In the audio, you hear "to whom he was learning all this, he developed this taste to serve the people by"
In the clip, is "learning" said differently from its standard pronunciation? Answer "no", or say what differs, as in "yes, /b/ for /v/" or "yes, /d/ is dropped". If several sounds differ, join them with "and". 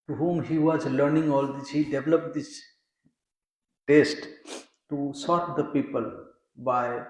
no